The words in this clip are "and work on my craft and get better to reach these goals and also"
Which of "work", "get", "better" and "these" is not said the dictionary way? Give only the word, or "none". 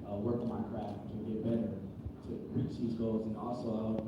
none